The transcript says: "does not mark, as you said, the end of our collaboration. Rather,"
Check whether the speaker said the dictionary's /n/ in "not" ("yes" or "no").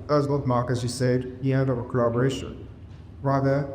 no